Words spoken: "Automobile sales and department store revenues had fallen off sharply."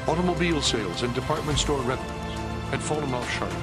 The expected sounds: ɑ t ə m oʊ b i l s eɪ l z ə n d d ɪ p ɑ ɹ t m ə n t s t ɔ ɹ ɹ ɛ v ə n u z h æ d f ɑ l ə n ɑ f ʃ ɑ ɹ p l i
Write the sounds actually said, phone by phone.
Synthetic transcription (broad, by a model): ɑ t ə m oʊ b i l s eɪ l z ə n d d ɪ p ɑ ɹ t m ə n t s t ɔ ɹ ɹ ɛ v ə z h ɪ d f ɑ l ə n ɑ f ʃ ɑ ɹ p